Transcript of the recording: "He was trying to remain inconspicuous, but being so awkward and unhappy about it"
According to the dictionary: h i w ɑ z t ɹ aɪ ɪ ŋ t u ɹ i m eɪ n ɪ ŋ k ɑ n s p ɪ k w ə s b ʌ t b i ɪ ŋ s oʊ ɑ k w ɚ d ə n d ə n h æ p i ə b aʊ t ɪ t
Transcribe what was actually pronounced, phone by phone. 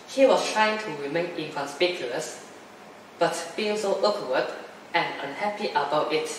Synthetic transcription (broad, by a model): h i w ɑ s t ɹ aɪ ɪ ŋ t u ɹ i m eɪ n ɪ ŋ k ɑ n s p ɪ k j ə s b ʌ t b i ɪ ŋ s oʊ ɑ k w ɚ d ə n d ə n h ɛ p i ə b aʊ t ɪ t